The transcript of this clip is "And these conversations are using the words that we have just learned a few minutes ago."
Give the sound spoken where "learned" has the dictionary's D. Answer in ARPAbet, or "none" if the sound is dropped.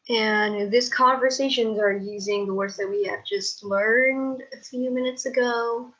D